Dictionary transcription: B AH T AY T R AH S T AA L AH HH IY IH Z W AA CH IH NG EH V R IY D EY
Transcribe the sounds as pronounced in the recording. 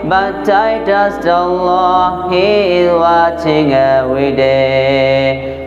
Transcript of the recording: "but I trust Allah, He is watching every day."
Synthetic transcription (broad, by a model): B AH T AY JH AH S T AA L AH HH IY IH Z W AA CH IH NG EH R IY D EY